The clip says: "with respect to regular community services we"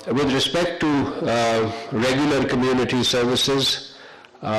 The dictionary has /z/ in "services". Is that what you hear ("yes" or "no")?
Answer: yes